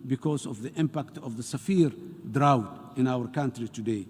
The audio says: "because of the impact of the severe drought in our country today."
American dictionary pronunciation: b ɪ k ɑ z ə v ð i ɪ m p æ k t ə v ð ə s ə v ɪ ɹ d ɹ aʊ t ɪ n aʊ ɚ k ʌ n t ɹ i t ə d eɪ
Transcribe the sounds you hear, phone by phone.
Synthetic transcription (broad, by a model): b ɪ k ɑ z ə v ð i ɪ m p æ k t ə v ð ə s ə f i ɹ d ɹ aʊ t ɪ n aʊ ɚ k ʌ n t ɹ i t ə d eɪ